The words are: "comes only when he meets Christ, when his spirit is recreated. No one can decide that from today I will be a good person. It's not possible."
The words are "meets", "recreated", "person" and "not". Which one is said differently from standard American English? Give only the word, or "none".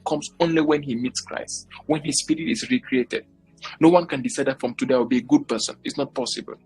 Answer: none